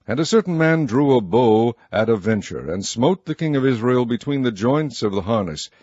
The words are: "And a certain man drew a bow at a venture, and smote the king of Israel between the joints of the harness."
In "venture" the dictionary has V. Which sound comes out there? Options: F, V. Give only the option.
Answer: V